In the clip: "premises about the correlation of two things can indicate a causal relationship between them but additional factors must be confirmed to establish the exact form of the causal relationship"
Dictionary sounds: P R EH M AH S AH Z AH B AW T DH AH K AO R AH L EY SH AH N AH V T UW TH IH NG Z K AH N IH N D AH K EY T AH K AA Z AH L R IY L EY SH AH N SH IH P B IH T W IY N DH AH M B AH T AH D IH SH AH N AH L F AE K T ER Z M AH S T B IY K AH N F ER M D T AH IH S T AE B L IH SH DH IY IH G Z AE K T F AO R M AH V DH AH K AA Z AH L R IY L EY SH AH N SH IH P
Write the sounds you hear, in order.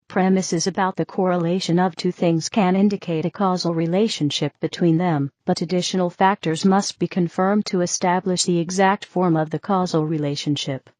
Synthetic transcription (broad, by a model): P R EH M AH S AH Z AH B AW T DH AH K AO R AH L EY SH AH N AH V T UW TH IH NG Z K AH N IH N D AH K EY T AH K AA Z L R IY L EY SH AH N SH IH P B IH T W IY N DH AH M B AH T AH D IH SH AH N L F AE K T ER Z M AH S T B IY K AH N F ER M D T AH IH S T AE B L IH SH DH IY IH G Z AE K T F AO R M AH V DH AH K AA Z L R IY L EY SH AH N SH IH P